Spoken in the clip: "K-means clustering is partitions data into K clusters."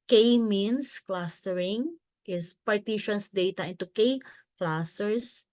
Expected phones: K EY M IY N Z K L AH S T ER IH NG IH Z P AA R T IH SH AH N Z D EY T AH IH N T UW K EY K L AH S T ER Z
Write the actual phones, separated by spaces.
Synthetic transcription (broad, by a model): K EY M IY N S K L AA S T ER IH NG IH S P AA R T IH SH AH N S D EY T AH IH N T UW K EY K L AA S T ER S